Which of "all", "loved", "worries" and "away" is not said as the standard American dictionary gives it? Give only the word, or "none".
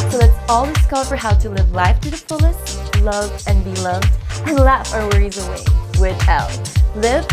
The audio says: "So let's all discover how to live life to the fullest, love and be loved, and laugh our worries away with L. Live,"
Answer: none